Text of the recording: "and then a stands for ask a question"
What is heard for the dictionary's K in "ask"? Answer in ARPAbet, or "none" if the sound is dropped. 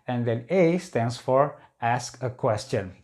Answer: K